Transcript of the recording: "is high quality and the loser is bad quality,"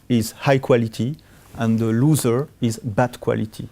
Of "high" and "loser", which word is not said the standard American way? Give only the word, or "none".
none